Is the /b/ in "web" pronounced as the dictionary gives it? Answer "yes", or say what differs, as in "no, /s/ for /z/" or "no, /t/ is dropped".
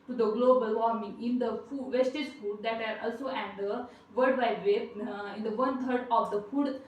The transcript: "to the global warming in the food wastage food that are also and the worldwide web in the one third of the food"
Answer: no, /b/ is dropped